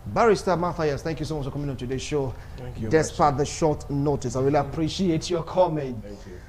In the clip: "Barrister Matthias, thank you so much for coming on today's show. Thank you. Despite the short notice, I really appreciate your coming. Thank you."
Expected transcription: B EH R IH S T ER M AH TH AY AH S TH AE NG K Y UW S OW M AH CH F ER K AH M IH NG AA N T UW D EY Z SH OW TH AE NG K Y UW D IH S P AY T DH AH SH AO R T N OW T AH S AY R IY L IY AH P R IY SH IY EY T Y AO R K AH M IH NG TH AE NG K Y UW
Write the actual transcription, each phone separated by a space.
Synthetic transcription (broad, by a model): B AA R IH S T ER M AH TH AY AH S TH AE NG K Y UW S OW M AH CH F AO K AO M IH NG AA N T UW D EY SH OW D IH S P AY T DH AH SH AO T N OW T AH S AY W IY L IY P R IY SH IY EY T Y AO K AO M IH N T